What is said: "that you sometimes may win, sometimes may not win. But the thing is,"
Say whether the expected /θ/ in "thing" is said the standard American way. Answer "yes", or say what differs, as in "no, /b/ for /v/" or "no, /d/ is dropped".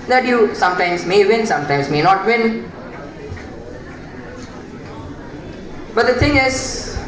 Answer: no, /t/ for /θ/